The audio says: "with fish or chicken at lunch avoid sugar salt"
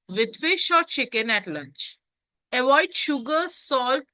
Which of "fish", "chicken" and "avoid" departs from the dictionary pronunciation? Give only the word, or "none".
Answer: none